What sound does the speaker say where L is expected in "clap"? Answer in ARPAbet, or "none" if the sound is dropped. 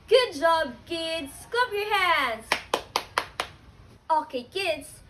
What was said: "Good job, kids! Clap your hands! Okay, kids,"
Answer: none